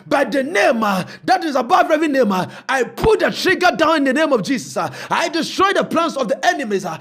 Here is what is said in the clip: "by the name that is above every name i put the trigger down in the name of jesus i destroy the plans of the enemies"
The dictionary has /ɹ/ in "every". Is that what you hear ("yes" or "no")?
no